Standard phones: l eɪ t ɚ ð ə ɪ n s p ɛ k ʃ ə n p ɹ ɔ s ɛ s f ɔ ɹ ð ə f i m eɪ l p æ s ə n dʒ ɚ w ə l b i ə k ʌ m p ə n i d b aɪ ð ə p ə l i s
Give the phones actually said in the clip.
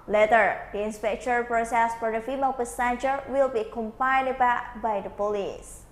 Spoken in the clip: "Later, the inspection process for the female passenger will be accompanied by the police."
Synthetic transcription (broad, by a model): l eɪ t ɚ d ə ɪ n s p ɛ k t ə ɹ p ɹ ɔ s ɛ s f ɔ ɹ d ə f i m eɪ l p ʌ s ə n tʃ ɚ w ə l b i k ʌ m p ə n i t b aɪ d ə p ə l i s